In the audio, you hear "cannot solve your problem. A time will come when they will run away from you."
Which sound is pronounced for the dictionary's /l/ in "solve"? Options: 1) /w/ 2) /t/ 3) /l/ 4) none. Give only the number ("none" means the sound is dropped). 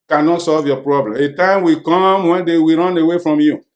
3